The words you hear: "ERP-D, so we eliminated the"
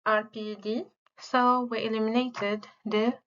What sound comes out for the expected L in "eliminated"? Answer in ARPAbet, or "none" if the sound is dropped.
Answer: L